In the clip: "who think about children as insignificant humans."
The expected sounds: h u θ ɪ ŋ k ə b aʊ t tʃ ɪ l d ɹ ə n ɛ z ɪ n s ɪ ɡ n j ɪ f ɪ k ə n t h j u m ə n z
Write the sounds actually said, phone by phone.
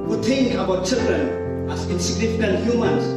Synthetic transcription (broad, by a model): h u t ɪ ŋ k ə b aʊ t tʃ ɪ l d ɹ ə n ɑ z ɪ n s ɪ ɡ n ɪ f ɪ k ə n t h j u m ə n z